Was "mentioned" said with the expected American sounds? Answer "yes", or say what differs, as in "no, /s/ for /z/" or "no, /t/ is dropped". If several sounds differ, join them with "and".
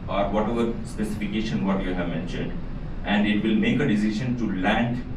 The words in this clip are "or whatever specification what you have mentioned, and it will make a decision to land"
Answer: yes